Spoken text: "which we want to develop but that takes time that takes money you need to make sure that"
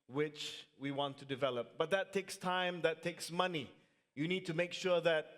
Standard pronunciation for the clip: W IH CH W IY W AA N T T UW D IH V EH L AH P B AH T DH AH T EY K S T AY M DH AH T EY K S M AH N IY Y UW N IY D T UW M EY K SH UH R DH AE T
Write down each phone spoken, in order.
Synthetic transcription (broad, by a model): W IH CH W IY W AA N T T UW D IH V EH L AH P B AH T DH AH T EY K S T AY M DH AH T EY K S M AH N IY Y UW N IY D T UW M EY K SH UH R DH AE T